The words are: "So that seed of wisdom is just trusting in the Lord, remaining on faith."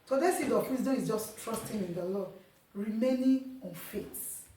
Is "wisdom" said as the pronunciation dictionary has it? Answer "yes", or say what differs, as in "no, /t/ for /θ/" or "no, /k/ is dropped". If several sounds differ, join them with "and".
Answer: no, /m/ is dropped